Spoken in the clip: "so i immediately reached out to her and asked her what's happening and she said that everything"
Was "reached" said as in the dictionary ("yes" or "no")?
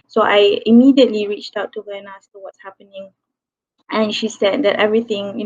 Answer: yes